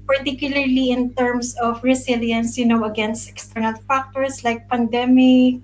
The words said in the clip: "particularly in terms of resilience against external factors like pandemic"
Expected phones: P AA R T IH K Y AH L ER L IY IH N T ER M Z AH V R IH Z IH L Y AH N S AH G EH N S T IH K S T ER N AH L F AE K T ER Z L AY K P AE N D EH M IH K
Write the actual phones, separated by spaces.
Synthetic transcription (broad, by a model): P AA R T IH K Y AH L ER L IY IH N T ER M S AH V R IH S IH L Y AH N S AH G EH N S T IH K S T ER N AH L F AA K T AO S L AY K P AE N D EH M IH K